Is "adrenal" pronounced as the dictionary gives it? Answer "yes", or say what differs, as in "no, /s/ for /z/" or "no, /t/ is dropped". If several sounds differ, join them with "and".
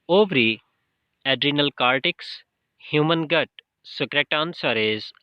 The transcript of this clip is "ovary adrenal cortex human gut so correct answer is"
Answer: yes